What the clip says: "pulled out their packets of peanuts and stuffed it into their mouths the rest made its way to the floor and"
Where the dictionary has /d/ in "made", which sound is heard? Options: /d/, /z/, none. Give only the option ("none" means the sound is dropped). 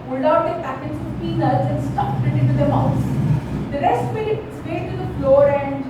none